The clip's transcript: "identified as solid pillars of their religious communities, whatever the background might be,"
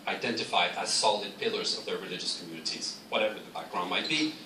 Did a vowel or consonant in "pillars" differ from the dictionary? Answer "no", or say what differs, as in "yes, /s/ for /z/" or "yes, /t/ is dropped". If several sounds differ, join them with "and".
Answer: no